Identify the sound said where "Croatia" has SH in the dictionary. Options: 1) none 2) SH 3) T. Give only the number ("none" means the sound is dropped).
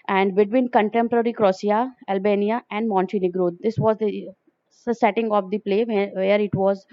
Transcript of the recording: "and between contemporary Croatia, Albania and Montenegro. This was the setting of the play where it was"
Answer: 1